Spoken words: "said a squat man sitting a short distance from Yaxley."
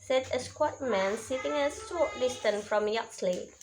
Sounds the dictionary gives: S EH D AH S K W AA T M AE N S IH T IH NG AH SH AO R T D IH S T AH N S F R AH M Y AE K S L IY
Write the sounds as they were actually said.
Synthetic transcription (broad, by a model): S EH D AH S K W AA T M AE N S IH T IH NG AH S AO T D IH S T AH N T F R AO M Y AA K S L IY